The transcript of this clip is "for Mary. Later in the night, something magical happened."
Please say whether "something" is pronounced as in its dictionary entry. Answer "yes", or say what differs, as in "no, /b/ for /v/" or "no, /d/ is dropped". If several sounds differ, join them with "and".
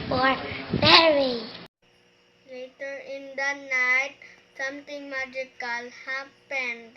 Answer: no, /t/ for /θ/